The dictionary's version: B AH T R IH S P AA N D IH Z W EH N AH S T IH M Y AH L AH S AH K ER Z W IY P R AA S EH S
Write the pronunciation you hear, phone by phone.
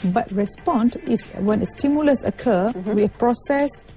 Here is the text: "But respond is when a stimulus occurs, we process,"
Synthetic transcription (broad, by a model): B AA T R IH S P AA N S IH S W EH N AH S T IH M Y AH L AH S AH K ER W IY P R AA S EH S